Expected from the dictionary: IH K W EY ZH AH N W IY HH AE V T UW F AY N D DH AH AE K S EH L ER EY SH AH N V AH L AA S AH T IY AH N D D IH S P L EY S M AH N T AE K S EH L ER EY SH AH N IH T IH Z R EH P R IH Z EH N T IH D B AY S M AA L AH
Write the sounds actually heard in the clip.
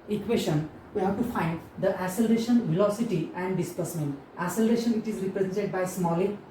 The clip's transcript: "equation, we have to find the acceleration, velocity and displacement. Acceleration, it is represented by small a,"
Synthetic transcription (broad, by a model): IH K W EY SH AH N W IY HH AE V T UW F AY N D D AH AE S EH L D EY SH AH N V AH L AA S AH T IY AH N D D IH S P AH S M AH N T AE S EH L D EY SH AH N IH T IH Z R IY P R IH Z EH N T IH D B AY S M AA L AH